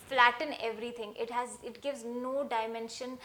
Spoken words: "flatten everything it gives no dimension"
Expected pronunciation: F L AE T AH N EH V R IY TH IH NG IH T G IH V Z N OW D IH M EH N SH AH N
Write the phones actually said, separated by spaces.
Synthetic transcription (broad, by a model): F L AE T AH N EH V R IY T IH NG IH T G IH V Z N OW D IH M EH N SH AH N